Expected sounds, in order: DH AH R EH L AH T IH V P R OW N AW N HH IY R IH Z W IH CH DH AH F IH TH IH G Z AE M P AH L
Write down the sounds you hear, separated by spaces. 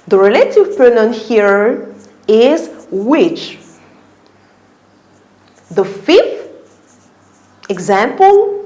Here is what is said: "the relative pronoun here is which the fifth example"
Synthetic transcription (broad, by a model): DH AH R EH L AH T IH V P OW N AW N HH IY R IH Z W IH CH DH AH F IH F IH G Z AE M P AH L